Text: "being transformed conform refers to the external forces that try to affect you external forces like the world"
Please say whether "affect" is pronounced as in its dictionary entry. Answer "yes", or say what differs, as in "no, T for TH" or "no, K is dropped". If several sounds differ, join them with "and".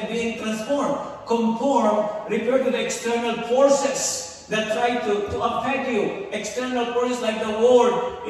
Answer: no, P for F